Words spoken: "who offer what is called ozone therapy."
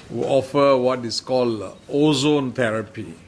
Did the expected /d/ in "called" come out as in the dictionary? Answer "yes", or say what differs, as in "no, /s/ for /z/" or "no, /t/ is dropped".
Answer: no, /d/ is dropped